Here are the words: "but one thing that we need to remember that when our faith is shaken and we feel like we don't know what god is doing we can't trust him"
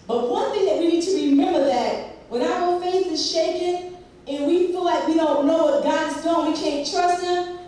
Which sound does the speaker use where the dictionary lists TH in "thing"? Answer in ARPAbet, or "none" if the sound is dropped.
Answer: TH